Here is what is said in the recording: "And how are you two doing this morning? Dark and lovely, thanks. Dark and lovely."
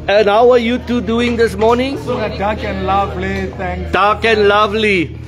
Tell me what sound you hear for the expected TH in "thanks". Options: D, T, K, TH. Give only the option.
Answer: T